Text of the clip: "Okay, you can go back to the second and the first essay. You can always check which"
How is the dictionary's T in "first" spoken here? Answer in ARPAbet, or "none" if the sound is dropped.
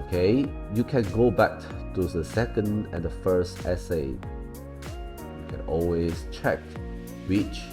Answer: T